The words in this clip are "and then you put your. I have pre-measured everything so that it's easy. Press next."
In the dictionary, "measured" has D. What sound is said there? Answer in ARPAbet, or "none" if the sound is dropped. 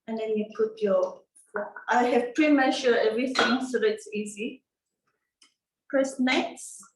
none